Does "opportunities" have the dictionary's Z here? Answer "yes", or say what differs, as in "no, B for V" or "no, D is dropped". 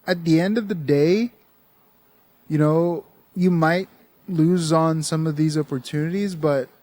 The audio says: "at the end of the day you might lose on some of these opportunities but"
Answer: yes